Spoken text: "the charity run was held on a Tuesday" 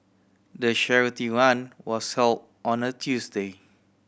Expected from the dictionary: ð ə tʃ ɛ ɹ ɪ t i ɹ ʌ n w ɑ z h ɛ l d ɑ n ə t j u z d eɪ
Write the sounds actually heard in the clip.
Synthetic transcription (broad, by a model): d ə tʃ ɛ ɹ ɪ t i w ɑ n w ɑ s h ɛ l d ɑ n ə t j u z d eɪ